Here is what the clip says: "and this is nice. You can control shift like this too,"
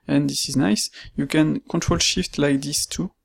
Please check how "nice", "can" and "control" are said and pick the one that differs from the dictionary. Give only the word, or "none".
none